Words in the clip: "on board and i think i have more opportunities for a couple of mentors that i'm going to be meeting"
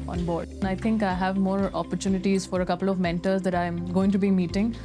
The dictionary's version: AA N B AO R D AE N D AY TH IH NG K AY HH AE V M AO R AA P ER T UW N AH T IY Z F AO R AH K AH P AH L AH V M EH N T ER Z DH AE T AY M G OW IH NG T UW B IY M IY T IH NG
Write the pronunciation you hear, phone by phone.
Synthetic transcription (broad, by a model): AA N B AO R D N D AY T IH NG K AY HH AE V M AO R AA P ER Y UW N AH T IY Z F AO R AH K AH P AH L AH V M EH N T ER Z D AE T AY M G OW IH NG T UW B IY M IY T IH NG